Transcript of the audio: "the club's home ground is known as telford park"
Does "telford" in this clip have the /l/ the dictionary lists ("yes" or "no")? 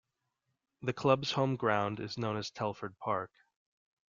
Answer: yes